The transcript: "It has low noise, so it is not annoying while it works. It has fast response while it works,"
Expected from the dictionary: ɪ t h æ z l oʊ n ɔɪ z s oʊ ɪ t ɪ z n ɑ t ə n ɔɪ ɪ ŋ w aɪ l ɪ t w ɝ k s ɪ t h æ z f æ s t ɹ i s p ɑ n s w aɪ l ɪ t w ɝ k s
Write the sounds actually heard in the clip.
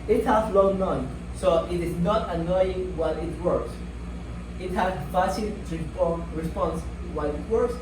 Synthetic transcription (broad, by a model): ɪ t h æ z l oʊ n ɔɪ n s oʊ ɪ t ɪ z n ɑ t ə n ɔɪ ɪ ŋ w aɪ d ɪ t w ɝ k s ɪ t h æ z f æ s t ɹ i s p ɑ n s w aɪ n ɪ t w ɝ k s